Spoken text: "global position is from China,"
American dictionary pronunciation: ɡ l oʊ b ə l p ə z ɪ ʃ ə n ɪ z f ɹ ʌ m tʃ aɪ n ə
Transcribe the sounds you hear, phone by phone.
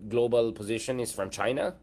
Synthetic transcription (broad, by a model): ɡ l oʊ b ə l p ə z ɪ ʃ ə n ɪ z f ɹ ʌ m tʃ aɪ n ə